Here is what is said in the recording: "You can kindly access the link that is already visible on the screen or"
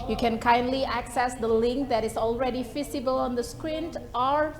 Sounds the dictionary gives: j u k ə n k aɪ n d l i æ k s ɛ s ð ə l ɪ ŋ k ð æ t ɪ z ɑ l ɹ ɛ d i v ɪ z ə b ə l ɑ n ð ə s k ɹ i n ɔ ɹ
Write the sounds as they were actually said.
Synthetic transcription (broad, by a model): j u k ə n k aɪ n d l i æ k s ɛ s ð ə l ɪ ŋ k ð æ t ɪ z ɑ l ɹ ɛ d i f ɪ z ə b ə l ɑ n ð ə s k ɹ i n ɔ ɹ